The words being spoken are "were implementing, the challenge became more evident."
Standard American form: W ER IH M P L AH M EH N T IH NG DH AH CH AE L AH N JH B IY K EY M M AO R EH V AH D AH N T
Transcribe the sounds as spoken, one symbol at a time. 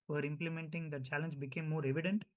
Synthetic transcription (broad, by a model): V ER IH M P L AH M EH N T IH NG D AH CH AE L AH N JH B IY K EY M M AO R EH V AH D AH N T